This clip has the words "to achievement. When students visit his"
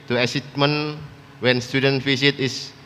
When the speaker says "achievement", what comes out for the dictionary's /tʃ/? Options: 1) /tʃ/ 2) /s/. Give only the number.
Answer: 2